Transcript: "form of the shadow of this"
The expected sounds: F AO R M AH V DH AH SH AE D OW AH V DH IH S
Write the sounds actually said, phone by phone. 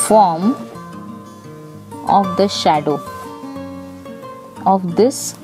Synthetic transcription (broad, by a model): F AO R M AH V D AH SH AE D OW AH V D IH S